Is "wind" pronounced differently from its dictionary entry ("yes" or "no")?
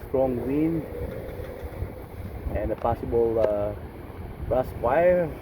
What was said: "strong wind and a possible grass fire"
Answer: yes